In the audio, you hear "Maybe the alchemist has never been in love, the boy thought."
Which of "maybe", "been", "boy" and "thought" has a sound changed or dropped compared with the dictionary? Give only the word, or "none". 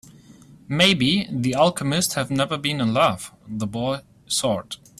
thought